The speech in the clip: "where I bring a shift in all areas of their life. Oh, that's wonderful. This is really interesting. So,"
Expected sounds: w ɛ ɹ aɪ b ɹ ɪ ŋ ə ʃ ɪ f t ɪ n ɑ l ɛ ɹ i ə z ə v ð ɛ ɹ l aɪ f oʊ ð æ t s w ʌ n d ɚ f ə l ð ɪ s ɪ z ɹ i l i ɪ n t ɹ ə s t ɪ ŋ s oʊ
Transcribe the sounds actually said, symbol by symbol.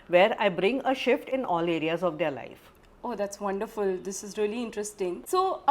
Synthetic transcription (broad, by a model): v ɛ ɹ aɪ b ɹ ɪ ŋ ə ʃ ɪ f t ɪ n ɑ l ɛ ɹ i ə z ə v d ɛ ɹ l aɪ f oʊ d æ t s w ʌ n d ɚ f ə l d ɪ s ɪ z ɹ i l i ɪ n t ɹ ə s t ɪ ŋ s oʊ